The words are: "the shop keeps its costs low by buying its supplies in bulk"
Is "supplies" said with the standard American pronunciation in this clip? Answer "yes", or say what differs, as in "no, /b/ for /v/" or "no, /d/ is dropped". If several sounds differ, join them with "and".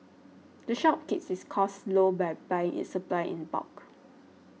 no, /z/ is dropped